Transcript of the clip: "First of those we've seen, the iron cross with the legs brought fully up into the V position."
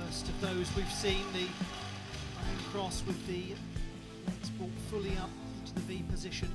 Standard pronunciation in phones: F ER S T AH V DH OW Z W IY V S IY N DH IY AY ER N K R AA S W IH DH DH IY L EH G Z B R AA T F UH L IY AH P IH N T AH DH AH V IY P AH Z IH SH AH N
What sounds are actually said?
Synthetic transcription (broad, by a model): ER S T AH V DH OW Z W IY V S IY N DH IY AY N K R AA S W IH DH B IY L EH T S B AA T F UH L IY AH P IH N T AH DH AH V IY P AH Z IH SH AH N